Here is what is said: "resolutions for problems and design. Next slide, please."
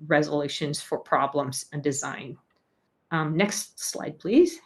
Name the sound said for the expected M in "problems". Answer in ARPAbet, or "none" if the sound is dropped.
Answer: M